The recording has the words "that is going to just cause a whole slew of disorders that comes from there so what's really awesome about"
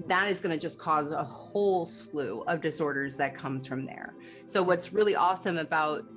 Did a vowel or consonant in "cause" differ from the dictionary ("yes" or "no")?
no